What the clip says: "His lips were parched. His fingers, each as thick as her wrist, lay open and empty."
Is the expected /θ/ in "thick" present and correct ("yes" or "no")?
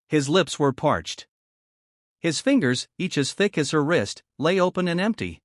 yes